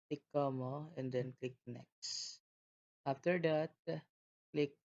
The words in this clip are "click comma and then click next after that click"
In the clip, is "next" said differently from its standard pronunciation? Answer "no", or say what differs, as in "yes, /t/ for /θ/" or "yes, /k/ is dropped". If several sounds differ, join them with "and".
no